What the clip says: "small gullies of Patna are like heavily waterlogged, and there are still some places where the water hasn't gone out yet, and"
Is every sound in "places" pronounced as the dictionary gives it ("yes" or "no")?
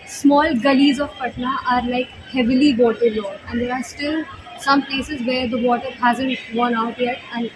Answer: yes